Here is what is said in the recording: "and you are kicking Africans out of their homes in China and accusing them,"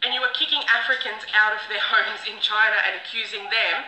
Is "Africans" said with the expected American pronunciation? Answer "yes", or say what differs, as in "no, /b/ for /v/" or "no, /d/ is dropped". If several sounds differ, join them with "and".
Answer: yes